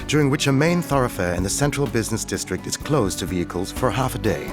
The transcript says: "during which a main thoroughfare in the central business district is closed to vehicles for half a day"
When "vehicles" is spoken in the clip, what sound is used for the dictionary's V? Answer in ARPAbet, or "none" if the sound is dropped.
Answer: V